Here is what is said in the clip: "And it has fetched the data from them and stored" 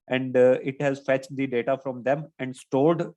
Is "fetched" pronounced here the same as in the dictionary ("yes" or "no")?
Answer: yes